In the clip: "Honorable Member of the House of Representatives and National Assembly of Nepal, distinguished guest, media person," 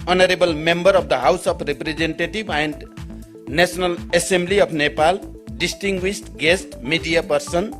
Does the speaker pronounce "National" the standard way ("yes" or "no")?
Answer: no